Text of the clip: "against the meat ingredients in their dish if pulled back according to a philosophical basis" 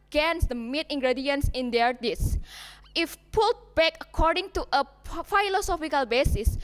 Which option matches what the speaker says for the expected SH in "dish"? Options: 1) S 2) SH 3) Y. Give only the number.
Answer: 1